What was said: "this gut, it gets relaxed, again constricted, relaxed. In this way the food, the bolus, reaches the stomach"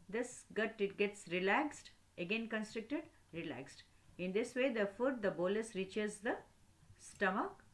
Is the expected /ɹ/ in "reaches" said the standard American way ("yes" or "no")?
yes